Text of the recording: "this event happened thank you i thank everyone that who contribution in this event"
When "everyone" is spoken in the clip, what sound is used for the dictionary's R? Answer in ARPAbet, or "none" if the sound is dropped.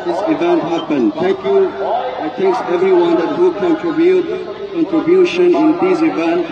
R